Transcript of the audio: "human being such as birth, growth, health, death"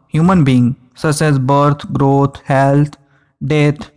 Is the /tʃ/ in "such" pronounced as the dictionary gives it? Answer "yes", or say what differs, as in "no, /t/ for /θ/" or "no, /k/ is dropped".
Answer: no, /s/ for /tʃ/